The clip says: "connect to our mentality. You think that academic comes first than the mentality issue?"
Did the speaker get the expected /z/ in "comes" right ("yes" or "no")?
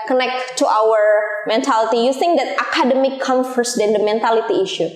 no